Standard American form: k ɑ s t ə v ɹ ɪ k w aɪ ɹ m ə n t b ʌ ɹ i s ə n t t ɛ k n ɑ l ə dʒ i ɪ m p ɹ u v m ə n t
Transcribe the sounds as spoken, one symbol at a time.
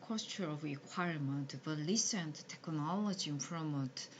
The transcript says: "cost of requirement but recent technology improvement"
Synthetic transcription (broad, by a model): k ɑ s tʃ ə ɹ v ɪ k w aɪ ɹ m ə n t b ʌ l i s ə n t t ɛ k n ɑ l ə dʒ i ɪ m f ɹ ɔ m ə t